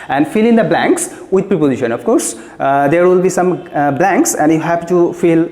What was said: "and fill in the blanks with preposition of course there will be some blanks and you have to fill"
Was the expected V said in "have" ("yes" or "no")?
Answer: no